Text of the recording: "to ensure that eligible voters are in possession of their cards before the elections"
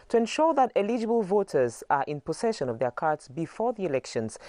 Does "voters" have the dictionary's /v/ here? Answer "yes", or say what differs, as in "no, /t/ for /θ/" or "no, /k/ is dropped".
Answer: yes